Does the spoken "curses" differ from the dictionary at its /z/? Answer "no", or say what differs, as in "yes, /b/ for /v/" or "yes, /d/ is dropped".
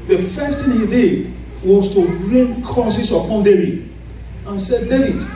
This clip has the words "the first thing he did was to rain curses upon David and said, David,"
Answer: yes, /s/ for /z/